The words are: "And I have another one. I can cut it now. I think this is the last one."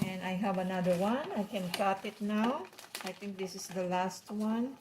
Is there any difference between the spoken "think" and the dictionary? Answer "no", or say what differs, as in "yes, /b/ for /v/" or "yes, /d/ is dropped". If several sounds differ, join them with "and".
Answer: yes, /t/ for /θ/